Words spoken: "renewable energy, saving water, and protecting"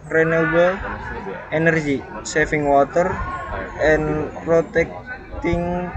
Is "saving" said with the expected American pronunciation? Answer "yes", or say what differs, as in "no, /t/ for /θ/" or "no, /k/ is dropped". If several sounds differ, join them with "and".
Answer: no, /f/ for /v/